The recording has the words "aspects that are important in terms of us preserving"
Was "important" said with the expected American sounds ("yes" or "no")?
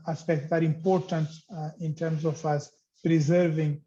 yes